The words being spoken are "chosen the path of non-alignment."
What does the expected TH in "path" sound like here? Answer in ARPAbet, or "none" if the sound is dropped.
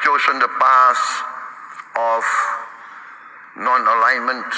S